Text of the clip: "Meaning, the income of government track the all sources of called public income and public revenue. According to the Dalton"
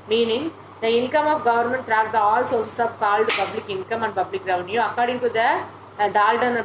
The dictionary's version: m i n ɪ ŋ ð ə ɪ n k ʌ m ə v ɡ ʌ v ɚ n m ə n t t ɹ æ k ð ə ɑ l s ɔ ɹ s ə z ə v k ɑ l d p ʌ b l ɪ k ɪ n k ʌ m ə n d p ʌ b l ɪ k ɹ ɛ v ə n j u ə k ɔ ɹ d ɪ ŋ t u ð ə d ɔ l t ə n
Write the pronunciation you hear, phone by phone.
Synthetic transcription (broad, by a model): m i n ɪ ŋ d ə ɪ n k ʌ m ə f ɡ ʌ v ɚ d m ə n t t ɹ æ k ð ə ɑ l s ɔ ɹ s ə s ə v k ɑ l d p ʌ b l ɪ k ɪ n k ʌ m ə n d p ʌ b l ɪ k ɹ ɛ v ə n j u ə k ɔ ɹ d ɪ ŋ t u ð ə d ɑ l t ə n